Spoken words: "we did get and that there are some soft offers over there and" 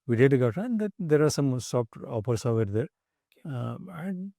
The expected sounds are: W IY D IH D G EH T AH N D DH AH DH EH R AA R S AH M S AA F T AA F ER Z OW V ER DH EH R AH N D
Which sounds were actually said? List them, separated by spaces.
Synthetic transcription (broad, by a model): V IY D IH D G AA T AH N D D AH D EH R AA R S AH M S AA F T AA P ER S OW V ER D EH R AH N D